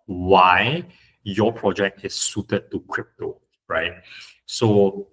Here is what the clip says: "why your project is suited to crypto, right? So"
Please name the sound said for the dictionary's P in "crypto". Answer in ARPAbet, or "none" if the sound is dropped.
P